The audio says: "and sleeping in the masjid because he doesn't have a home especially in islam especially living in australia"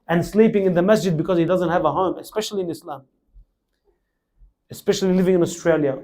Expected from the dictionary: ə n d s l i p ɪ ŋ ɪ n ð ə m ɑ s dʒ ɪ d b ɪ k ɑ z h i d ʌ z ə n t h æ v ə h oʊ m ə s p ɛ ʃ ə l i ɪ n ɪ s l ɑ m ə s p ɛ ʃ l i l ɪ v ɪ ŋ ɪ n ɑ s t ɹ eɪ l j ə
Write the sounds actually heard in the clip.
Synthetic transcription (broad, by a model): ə n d s l i p ɪ ŋ ɪ n ð ə m ɑ s dʒ ɪ d b ɪ k ɑ z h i d ʌ z ə n t h æ v ə h oʊ m ə s p ɛ ʃ ə l i ɪ n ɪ s l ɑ m ə s p ɛ ʃ l i l ɪ v ɪ ŋ ɪ n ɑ s t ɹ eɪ l j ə